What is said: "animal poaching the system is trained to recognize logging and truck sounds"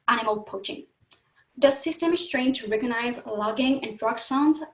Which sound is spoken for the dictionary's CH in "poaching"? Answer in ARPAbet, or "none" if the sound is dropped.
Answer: CH